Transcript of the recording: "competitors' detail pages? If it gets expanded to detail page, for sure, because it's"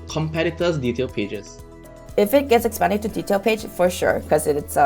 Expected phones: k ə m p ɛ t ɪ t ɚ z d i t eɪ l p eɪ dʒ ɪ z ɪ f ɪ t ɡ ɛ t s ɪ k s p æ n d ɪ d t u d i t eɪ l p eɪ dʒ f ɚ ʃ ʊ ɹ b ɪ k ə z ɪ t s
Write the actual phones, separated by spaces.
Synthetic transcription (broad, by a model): k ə m p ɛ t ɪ t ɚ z d i t eɪ l p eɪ dʒ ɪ s ɪ f ɪ t ɡ ɛ t s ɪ k s p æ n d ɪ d t u d i t eɪ l p eɪ dʒ f ɚ ʃ ʊ ɹ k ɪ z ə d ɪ t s